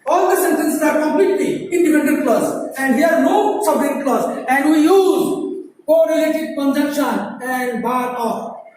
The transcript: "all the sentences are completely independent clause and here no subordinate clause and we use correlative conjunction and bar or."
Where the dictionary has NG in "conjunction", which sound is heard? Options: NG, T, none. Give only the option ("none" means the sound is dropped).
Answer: none